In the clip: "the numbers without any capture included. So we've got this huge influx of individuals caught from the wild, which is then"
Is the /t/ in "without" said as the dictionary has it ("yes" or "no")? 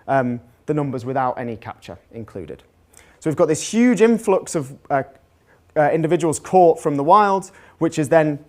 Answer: yes